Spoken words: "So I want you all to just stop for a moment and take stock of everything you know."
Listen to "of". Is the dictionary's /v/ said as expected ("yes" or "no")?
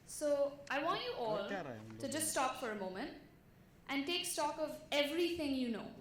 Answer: yes